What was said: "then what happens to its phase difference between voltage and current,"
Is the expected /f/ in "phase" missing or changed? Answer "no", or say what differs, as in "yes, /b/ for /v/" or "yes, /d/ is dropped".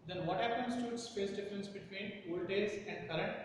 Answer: yes, /p/ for /f/